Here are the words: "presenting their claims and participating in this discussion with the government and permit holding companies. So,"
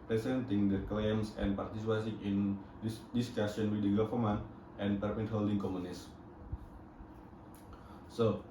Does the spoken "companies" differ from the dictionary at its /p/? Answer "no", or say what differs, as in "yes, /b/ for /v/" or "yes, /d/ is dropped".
yes, /p/ is dropped